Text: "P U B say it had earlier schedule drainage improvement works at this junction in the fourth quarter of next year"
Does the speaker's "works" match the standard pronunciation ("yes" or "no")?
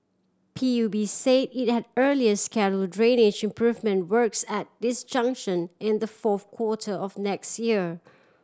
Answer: yes